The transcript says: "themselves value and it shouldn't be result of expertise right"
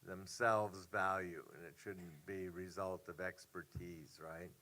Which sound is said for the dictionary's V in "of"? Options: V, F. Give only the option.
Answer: V